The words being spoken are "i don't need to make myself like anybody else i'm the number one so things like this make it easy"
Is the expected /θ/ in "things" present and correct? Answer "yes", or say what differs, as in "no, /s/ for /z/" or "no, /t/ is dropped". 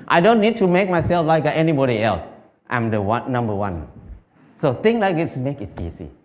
no, /t/ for /θ/